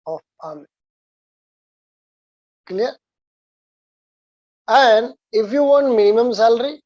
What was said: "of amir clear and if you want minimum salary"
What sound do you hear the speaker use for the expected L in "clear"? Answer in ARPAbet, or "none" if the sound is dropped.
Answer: N